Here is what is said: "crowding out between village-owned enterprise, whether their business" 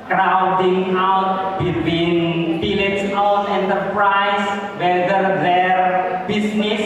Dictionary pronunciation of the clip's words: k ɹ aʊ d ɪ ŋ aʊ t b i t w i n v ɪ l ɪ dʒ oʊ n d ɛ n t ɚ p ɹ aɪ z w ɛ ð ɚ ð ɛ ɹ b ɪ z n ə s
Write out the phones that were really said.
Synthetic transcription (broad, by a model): k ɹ aʊ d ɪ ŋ aʊ t b i t w i n b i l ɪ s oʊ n ɛ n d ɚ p ɹ aɪ s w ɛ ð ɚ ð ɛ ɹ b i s n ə s